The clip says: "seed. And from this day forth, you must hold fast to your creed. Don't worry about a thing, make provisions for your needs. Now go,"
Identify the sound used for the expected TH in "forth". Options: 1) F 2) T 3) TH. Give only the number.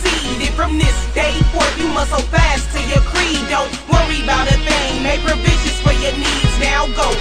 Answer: 1